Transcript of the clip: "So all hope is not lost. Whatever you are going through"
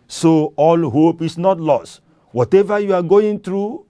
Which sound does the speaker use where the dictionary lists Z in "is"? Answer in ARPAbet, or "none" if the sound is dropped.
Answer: S